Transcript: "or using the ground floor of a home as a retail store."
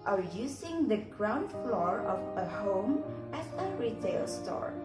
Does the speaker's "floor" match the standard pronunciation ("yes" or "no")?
yes